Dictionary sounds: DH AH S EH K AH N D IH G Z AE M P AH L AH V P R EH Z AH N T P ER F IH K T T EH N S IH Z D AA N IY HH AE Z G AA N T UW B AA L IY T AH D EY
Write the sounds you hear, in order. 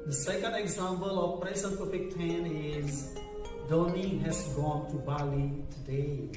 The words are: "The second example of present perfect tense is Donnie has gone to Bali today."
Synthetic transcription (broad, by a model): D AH S EH K AH N D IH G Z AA M P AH L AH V P R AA S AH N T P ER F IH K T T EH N IH Z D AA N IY HH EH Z G AA N T UW B AA L IY T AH D EY